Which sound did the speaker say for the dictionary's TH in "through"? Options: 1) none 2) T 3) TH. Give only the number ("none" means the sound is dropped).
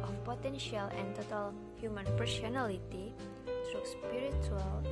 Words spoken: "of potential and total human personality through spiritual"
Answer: 2